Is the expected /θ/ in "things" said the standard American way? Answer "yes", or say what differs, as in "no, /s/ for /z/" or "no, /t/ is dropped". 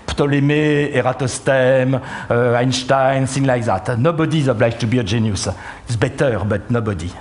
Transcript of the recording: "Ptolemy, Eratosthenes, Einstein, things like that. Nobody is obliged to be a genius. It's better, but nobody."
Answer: no, /s/ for /θ/